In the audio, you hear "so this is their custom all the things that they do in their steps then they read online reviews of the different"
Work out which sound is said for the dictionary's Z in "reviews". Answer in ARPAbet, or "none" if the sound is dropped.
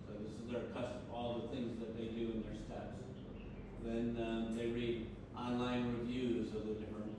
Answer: Z